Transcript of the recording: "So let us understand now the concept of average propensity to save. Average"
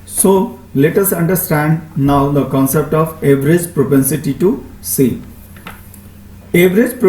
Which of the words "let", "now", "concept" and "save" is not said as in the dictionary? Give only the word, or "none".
save